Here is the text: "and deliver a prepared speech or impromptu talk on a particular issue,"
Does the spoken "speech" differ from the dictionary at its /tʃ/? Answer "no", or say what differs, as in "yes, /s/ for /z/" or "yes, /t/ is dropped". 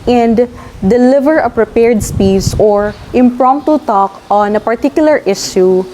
yes, /s/ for /tʃ/